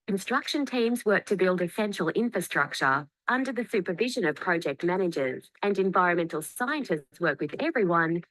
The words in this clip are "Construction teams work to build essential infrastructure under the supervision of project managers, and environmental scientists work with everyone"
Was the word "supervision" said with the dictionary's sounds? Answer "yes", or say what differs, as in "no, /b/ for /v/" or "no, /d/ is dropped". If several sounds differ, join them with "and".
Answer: yes